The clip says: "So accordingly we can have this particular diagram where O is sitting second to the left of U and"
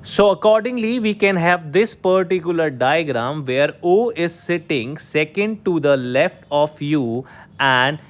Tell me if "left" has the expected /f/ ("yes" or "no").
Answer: yes